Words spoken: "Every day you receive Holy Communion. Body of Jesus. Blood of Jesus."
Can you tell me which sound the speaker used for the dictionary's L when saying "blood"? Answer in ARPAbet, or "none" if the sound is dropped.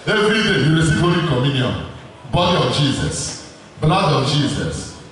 N